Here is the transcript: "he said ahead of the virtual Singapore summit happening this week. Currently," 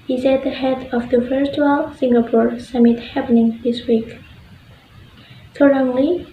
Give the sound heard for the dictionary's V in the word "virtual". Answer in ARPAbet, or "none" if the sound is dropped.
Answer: F